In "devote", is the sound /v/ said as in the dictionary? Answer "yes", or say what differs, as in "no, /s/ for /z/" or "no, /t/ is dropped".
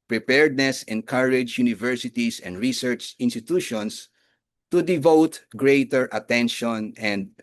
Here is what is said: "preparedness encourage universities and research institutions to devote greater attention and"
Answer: yes